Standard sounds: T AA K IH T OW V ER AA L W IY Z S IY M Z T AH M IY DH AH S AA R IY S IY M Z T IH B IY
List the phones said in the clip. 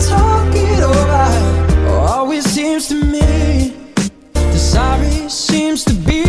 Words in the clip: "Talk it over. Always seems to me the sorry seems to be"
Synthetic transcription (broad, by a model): T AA K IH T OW B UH AA L W IY Z S IY M Z T AH M IY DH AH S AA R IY S IY M Z T IH B IY